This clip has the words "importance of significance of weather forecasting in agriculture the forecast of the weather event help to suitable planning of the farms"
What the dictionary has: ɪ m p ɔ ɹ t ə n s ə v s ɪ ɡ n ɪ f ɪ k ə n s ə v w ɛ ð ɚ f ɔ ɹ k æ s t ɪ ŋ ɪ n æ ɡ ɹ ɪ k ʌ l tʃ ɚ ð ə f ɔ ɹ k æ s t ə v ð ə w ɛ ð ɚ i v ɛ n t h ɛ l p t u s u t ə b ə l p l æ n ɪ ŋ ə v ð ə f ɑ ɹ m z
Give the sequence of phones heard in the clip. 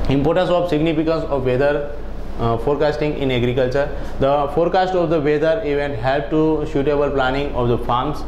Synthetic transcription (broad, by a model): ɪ m p ɔ ɹ t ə n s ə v s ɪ ɡ n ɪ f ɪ k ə n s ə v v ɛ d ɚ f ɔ ɹ k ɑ s t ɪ ŋ ɪ n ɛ ɡ ɹ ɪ k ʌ l tʃ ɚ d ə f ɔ ɹ k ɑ s t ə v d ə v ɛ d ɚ i v ɛ n t h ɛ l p t u ʃ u t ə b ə l p l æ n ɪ ŋ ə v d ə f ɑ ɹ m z